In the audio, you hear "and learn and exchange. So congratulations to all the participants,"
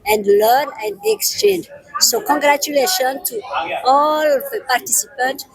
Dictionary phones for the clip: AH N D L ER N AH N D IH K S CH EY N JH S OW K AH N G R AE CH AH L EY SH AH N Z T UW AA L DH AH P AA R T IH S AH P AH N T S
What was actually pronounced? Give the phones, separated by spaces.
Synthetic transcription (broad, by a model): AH N D L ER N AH N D IH K S CH EY N JH S OW K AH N G R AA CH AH L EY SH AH N T UW AA L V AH P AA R T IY S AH P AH N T